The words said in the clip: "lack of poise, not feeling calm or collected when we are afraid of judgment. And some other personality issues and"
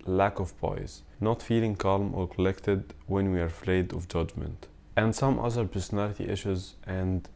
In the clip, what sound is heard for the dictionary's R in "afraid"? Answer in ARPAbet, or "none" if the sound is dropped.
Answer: L